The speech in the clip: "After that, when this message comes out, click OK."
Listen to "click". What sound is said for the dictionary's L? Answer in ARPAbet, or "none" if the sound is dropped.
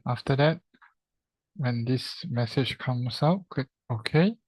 none